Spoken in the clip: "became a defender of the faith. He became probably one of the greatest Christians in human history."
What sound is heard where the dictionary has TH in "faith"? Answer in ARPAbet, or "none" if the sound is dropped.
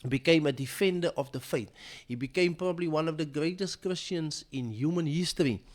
T